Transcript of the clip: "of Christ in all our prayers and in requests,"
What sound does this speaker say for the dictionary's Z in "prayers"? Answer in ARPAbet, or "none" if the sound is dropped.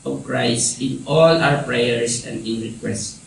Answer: S